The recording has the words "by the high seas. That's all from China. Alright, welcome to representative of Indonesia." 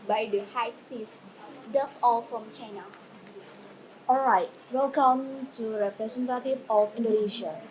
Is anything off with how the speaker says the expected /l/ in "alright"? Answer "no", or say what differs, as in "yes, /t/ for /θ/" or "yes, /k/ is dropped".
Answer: no